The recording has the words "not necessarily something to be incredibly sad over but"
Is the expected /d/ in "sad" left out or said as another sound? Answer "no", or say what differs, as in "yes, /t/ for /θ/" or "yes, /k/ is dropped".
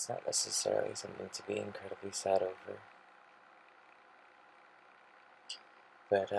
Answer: no